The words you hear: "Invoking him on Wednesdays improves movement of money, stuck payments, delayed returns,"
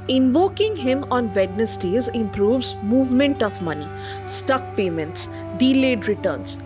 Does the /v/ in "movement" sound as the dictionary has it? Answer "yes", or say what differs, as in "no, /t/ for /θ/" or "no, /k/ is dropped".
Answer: yes